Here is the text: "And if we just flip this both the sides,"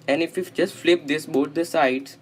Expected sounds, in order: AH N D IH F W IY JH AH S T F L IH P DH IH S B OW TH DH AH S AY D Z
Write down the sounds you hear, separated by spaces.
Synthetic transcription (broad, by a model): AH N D IH F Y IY JH AH S T F L IH P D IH S B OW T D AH S AY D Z